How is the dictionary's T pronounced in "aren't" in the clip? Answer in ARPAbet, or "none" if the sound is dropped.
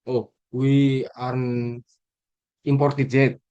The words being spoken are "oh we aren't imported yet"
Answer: none